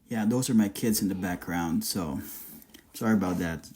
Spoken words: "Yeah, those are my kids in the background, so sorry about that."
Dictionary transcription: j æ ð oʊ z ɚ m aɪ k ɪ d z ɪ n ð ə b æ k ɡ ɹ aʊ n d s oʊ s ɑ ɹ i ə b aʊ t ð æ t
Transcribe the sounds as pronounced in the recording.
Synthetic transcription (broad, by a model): j æ ð oʊ z ɚ m aɪ k ɪ d z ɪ n ð ə b æ k ɡ ɹ aʊ n d s oʊ s ɑ ɹ i ə b aʊ t ð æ t